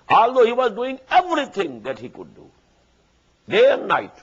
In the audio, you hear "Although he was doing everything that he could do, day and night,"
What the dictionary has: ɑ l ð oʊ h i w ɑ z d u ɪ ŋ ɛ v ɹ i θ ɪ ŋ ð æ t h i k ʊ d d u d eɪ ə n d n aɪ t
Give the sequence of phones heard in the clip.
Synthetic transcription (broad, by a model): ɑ l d oʊ h i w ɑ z d u ɪ ŋ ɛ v ɹ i t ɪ ŋ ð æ t h i k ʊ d d u d eɪ ə n d n aɪ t